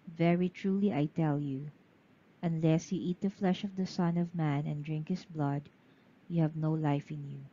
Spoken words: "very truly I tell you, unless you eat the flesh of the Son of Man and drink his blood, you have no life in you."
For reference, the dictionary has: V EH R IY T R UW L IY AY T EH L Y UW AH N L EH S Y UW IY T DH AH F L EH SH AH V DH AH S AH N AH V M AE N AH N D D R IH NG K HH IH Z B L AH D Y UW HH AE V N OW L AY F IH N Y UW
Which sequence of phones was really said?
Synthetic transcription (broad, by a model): V EH R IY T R UW L IY AY T EH L Y UW AH N L EH S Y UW IY T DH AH F L EH SH AH V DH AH S AH N AH V M AE N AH N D D R IH NG K HH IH S B L AH D Y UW HH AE V N OW L AY F IH N Y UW